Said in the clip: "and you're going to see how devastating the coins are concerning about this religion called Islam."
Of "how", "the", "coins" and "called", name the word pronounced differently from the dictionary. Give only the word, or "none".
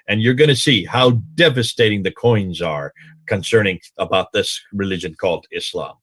none